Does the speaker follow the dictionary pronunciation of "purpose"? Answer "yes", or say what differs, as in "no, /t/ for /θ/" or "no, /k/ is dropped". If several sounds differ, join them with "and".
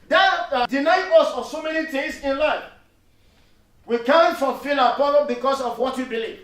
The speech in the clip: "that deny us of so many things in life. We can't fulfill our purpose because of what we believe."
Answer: no, /s/ is dropped